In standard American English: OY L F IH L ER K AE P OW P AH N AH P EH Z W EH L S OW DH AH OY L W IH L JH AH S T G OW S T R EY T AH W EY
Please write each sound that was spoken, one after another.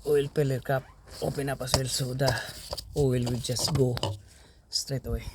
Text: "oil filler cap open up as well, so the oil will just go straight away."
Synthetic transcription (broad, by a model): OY L P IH L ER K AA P OW P AH N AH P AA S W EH L S OW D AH OY L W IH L JH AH S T G OW S T R EY T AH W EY